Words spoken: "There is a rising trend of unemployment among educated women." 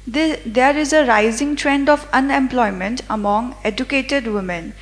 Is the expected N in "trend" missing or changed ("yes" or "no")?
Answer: no